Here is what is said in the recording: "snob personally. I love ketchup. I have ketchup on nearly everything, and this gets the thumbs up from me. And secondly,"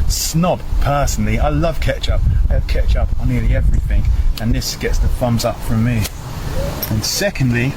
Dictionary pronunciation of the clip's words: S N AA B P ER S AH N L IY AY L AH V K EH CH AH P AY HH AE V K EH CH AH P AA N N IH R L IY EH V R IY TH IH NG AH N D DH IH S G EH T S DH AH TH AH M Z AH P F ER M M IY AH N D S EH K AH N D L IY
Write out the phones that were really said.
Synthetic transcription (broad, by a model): S N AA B P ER S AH N L IY AY L AH V K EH CH AH P AY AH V K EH CH AH P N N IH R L IY EH V R IY TH IH NG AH N DH IH S G EH T S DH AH F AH M Z AH P F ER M M IY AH N S EH K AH N D L IY